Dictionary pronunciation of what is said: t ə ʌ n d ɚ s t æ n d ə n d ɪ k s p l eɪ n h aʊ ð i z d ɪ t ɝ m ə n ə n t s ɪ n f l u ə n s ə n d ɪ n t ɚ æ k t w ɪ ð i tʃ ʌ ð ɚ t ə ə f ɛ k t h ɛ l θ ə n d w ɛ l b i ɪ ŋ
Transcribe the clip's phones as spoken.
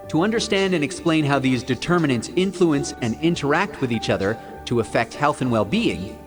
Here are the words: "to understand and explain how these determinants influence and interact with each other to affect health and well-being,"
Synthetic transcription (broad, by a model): t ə ʌ n d ɚ s t æ n d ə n ɪ k s p l eɪ n h aʊ ð i z d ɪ t ɝ m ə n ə n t s ɪ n f l u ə n s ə n ɪ n t ɚ æ k t w ɪ ð i tʃ ʌ ð ɚ t ə ə f ɛ k t h ɛ l θ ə n w ɛ l b i ɪ ŋ